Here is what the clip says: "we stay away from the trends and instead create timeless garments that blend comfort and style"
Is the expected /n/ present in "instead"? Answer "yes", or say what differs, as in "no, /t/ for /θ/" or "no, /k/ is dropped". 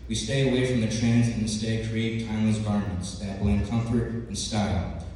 no, /n/ is dropped